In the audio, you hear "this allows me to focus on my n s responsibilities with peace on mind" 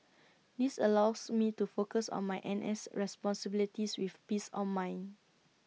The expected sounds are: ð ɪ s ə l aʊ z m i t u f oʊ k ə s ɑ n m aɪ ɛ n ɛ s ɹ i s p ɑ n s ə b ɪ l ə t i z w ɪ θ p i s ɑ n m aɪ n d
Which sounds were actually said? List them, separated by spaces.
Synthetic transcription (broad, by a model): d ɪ s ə l aʊ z m i t u f oʊ k ə s ɑ n m aɪ ɛ n ɛ s ɹ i s p ɑ n s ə b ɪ l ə t i s w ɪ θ p i s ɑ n m aɪ n